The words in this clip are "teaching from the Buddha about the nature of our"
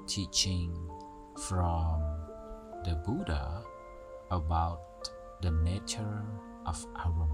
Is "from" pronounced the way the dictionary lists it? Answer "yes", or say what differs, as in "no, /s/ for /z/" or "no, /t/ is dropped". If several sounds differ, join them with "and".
yes